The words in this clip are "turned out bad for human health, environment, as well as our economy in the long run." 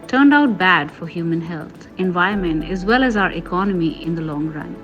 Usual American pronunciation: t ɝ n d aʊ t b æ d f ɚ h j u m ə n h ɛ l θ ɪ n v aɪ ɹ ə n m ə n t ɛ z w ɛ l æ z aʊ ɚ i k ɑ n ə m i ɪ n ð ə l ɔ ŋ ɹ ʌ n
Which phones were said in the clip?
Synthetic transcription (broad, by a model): t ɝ n d aʊ t b æ d f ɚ h j u m ə n h ɛ l t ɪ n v aɪ ə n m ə n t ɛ z w ɛ l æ z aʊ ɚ i k ɑ n ə m i ɪ n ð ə l ɔ ŋ ɹ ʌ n